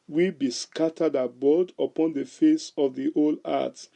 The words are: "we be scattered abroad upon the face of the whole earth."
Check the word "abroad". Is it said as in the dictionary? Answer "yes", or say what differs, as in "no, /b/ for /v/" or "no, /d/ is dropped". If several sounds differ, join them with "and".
no, /ɹ/ is dropped